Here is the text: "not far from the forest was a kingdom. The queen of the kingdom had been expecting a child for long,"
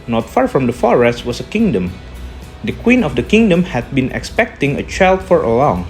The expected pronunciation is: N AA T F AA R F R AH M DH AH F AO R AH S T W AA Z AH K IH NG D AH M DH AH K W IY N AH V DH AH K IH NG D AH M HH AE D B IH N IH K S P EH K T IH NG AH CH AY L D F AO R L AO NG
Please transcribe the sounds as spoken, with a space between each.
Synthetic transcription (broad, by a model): N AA T F AA R F R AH M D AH F AO R AH S T W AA S AH K IH NG D AH M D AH K W IY N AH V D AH K IH NG D AH M HH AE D B IH N IH K S P EH K T IH NG AH CH AY L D F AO R L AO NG